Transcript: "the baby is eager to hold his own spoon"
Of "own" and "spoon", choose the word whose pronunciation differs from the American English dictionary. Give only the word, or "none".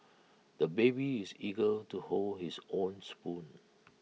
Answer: none